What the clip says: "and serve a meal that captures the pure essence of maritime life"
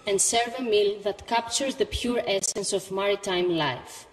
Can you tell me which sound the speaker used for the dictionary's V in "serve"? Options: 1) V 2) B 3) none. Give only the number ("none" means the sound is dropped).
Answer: 1